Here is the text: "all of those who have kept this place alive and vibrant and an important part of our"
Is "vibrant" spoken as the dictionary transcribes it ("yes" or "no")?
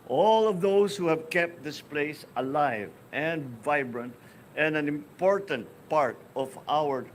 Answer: yes